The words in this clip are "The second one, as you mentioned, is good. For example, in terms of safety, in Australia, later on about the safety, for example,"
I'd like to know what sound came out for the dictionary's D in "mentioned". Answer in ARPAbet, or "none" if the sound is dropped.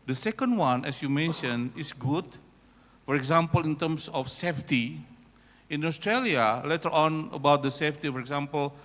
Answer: none